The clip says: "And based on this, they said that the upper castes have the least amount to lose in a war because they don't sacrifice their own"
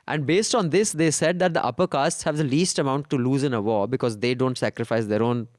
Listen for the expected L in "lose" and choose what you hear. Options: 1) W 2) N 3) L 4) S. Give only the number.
3